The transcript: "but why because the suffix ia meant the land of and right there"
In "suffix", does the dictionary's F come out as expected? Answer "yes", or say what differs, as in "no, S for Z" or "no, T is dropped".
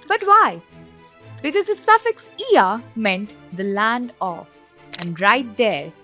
yes